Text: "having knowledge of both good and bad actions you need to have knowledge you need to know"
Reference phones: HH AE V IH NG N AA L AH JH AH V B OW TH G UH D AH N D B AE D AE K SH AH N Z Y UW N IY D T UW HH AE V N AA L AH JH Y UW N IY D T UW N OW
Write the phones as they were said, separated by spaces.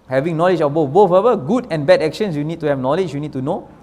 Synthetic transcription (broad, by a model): HH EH V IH NG N AA L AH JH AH B B OW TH G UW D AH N B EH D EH K SH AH N S Y UW N IY D T UW HH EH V N AA L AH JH Y UW N IY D T UW N OW